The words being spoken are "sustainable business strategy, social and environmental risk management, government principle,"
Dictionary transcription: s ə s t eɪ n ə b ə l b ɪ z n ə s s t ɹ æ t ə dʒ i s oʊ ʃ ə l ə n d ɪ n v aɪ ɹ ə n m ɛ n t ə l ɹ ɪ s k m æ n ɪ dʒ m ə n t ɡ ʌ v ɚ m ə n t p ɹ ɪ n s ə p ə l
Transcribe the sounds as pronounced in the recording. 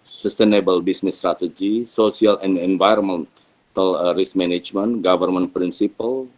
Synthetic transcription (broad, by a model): s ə s t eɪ n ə b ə l b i s n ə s s t ɹ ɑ t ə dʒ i s oʊ s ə l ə n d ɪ n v aɪ ɹ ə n m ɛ n t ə l ɹ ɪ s m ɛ n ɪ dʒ m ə n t ɡ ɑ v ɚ m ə n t p ɹ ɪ n s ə p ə l